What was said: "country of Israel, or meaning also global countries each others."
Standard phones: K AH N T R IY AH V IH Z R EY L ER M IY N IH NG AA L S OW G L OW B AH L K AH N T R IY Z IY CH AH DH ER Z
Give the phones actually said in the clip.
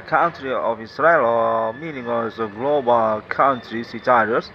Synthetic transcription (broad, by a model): K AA N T R IY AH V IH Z R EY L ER M IY N IH NG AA S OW G L OW B AH L K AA N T R IY S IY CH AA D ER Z